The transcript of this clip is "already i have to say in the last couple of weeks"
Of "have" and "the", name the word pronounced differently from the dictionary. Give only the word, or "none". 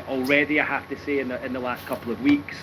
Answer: have